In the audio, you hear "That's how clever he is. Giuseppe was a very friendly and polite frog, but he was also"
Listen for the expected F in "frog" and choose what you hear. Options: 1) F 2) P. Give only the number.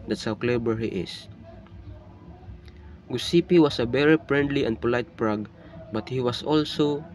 2